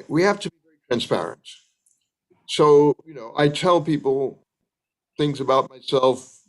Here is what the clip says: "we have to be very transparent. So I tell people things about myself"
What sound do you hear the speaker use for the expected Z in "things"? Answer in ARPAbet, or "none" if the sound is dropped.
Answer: Z